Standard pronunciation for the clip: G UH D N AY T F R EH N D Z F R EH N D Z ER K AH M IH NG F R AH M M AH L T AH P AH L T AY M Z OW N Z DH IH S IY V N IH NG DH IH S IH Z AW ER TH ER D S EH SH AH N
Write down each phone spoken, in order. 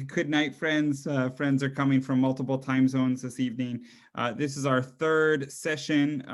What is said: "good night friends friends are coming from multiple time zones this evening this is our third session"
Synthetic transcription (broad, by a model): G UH D N AY T F R EH N D Z F R EH N D Z ER K AH M IH NG F R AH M M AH L T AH P L T AY M Z OW N Z DH IH S IY V N IH NG DH IH S IH Z AW ER TH ER D S EH SH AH N